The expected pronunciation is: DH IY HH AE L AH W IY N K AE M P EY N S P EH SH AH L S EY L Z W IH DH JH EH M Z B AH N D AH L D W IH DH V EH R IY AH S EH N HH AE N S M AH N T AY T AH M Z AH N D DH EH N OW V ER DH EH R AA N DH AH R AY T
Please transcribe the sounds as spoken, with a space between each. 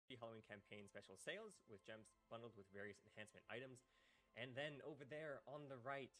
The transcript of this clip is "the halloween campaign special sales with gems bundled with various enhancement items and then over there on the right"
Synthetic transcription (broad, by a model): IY HH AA L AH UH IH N K AE M P EY N S P EH SH L S EY L Z W IH DH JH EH M S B AH N D L D W IH DH V EH R IY AH S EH N HH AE N S M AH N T AY T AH M Z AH N DH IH N OW V ER DH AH R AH N DH AH R AY T